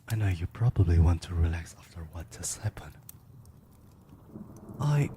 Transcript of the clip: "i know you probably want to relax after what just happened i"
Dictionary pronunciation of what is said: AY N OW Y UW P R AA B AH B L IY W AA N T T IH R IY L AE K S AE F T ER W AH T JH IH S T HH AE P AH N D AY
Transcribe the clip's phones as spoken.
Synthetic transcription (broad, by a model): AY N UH Y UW P R AA B AH B L IY W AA N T T IH R IY L AE K S AE F T ER W AH T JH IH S HH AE P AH N AY